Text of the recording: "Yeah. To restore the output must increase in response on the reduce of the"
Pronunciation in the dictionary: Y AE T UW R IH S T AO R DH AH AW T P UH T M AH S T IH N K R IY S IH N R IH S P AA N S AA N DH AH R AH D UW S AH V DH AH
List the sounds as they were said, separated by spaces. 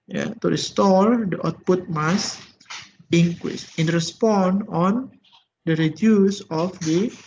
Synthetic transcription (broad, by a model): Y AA T UW R IH S T AO R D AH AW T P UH T M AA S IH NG K W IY S IH N R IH S P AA N AA N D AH R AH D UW S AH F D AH